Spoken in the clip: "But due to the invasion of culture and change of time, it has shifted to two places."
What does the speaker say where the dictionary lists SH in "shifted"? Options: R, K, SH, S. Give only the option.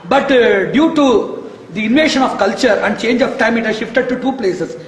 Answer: SH